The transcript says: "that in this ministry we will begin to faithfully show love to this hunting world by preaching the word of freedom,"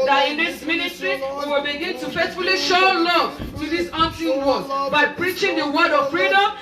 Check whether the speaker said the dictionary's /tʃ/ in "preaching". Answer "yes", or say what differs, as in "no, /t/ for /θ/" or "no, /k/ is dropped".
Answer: yes